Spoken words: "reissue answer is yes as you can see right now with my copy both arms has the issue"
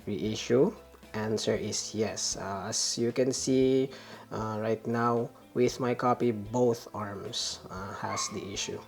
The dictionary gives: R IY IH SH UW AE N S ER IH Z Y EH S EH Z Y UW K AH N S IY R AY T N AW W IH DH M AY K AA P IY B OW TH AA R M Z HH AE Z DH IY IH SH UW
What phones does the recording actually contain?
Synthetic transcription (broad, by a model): R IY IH SH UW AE N S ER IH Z Y EH S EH S Y UW K AH N S IY R AY T N AW W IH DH M AY K AA P IY B OW TH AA R M S HH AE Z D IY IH SH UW